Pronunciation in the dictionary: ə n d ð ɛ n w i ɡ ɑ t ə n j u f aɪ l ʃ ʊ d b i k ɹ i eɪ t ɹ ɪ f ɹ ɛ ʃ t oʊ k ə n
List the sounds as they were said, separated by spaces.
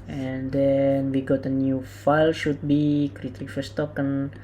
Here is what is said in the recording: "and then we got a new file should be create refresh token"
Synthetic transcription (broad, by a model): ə n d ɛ n w i ɡ ɑ t ə n j u f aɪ l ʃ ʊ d b i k ɹ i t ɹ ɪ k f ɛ s t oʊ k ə n